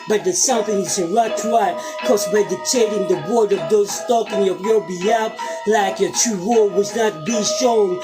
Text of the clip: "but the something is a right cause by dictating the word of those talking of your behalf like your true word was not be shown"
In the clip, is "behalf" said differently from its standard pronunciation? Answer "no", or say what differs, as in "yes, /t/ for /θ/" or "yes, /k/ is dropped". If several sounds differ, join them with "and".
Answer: yes, /p/ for /f/